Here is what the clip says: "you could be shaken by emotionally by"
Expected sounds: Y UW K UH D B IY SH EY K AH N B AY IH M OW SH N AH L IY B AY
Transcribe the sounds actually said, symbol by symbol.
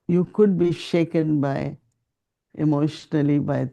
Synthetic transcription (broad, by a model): Y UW K UH D B IY SH EY K AH N B AY IH M OW SH N AH L IY B AY